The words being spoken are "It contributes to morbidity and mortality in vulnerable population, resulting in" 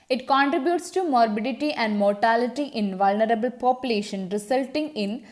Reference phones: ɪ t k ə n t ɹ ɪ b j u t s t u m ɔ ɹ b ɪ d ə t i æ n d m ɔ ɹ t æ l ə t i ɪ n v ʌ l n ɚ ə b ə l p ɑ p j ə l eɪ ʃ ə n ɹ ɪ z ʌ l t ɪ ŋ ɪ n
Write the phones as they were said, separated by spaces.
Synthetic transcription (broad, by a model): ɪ t k ə n t ɹ ɪ b j u t s t u m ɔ ɹ b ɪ d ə t i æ n d m ɔ ɹ t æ l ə t i ɪ n v ʌ l n ɚ ə b ə l p ɑ p j ə l eɪ ʃ ə n ɹ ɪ s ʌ l t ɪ ŋ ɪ n